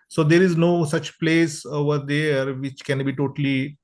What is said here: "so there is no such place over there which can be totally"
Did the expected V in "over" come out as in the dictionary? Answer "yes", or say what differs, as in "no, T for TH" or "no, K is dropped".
yes